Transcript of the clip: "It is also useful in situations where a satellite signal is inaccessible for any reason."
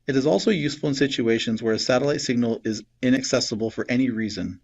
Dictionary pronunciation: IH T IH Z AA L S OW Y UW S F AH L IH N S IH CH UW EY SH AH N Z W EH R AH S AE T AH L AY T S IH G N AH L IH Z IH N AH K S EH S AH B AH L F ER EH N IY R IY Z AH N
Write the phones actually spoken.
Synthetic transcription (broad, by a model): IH T IH Z AA L S OW Y UW S F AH L IH N S IH CH UW EY SH AH N Z W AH R AH S AE T AH L AY T S IH G N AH L IH Z IH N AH K S EH S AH B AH L F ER EH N IY R IY Z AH N